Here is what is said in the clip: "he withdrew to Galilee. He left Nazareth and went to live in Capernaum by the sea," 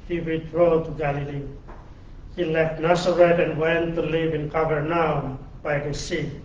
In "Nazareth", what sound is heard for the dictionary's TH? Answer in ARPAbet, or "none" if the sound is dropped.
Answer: T